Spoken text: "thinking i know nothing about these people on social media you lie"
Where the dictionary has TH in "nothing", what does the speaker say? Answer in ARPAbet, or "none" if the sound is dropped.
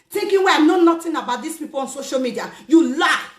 T